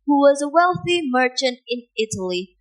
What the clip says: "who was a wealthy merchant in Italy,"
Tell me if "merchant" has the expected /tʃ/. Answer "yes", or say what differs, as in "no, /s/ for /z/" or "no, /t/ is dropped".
yes